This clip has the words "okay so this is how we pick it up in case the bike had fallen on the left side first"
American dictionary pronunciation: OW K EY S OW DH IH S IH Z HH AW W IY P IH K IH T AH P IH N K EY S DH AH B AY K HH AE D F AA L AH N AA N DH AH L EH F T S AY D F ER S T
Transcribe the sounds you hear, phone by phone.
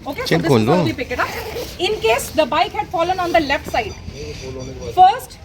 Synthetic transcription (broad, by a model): OW K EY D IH IH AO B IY P IH K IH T AH P IH N K EY S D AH B AY K HH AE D F AA L AH N AA N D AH L EH F T S AY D F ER S T